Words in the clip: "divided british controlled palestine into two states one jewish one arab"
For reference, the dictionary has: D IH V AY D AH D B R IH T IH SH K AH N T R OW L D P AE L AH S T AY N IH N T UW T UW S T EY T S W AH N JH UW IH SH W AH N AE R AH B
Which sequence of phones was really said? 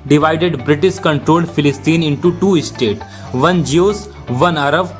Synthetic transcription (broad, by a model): D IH V AY D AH D B R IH T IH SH K AH N T R OW L D F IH L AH S T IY N IH N T UW T UW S T EY T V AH N JH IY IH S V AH N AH R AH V